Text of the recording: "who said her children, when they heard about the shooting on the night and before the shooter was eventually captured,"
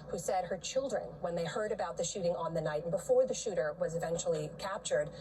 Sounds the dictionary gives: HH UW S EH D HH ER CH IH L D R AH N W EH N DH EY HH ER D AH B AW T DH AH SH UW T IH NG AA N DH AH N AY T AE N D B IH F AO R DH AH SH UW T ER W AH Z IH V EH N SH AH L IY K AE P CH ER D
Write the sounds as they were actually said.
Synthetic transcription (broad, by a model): HH UW S EH D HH ER CH IH L D R AH N W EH N DH EY HH ER D AH B AW T DH AH SH UW T IH NG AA N DH AH N AY T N B IH F AO R DH AH SH UW T ER W AH Z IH V EH N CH L IY K AE P CH ER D